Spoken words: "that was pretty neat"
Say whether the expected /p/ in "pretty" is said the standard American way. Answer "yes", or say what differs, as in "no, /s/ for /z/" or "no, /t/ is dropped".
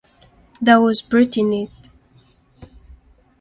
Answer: no, /b/ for /p/